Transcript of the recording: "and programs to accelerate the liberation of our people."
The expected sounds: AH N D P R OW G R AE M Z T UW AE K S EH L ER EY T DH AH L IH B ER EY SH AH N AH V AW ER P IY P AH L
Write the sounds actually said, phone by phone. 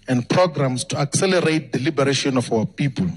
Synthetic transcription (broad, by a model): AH N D P R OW G R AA M S T UW AE K S EH L ER EY T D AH L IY B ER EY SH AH N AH F AW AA P IY P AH L